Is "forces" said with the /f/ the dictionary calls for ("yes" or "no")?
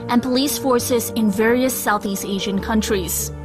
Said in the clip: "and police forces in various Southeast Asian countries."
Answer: yes